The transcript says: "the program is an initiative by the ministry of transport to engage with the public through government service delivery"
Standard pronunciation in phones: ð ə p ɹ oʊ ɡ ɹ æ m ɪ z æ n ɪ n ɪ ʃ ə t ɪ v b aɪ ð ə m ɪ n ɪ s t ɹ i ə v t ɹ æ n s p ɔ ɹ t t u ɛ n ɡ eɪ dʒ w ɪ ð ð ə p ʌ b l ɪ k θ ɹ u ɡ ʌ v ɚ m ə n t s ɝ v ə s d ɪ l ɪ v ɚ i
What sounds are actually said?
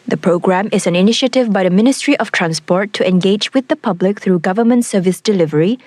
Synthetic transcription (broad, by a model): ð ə p ɹ oʊ ɡ ɹ æ m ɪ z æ n ɪ n ɪ ʃ ə t ɪ v b aɪ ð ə m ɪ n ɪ s t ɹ i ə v t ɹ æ n s p ɔ ɹ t t u ɛ n ɡ eɪ dʒ w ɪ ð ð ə p ʌ b l ɪ k θ ɹ u ɡ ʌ v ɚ m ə n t s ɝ v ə s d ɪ l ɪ v ɚ i